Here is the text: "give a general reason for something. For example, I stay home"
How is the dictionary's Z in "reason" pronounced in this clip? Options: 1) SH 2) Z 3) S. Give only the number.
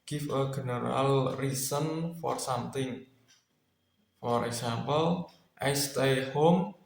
3